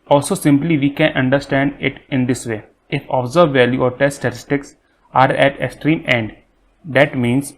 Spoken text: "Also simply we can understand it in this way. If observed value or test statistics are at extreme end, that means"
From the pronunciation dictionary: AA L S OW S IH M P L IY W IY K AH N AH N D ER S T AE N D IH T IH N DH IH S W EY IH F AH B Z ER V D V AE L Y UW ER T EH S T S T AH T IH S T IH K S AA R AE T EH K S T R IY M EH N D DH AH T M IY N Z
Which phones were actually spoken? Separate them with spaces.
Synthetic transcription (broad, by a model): AA L S OW S IH M P L IY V IY K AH N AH N D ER S T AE N D IH T IH N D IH S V EY IH F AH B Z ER D V AE L Y UW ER T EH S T S T AH T IH S T IH K S AA R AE T EH K S T R IY M EH N D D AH T M IY N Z